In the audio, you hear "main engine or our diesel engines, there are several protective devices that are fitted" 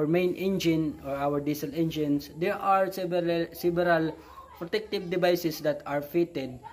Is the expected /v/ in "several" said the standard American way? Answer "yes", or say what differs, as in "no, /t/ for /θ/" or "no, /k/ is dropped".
no, /b/ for /v/